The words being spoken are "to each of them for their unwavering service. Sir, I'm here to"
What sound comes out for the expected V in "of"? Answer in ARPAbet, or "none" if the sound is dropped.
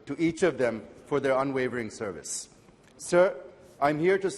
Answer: V